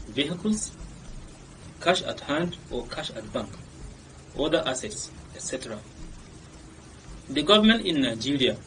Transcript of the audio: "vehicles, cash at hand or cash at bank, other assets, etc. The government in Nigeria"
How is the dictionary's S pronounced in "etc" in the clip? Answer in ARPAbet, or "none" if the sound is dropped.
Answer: S